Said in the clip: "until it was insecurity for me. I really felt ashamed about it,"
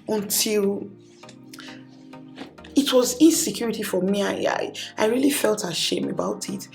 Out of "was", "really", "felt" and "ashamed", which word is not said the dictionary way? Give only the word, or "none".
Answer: ashamed